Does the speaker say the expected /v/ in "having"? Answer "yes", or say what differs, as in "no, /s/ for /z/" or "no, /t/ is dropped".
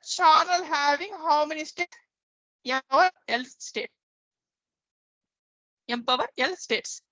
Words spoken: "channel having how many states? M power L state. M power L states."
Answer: yes